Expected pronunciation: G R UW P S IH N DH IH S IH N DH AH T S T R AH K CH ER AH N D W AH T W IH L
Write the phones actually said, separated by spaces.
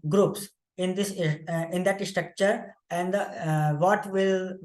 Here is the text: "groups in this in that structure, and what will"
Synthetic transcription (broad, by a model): G R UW P S IH N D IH S IH N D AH T S T R AH K CH ER AH N D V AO T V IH L